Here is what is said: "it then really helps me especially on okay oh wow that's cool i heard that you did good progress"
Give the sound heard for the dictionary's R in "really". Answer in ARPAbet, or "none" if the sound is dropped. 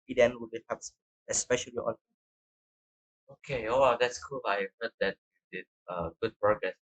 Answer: W